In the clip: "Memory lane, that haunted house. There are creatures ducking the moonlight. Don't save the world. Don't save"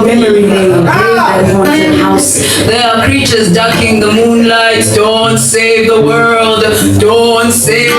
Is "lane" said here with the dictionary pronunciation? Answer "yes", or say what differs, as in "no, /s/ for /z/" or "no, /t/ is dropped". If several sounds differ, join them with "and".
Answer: no, /n/ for /l/